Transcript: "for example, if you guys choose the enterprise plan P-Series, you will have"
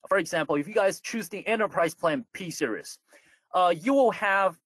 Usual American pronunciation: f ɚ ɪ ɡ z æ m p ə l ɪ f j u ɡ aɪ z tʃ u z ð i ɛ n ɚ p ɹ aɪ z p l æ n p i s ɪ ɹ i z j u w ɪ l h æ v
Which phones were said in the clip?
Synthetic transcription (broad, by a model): f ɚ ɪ ɡ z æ m p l ɪ f j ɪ ɡ aɪ z tʃ u z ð i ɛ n ɚ p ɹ aɪ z p l æ n p i s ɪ ɹ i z j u w ɪ l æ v